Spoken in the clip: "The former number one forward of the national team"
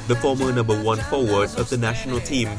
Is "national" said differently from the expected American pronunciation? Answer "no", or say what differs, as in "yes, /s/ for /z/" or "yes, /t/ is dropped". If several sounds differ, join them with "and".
no